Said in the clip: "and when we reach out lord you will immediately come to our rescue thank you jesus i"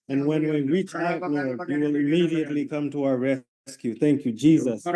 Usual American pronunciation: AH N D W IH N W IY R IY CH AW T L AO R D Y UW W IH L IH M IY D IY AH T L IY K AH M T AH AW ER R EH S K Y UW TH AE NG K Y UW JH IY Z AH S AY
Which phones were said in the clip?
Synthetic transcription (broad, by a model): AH N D W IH N W IY R IY CH AW T N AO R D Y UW W IH L IH M IY D IY AH T L IY K AH M T AH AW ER R EH S K Y UW TH AE NG K Y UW JH IY Z AH S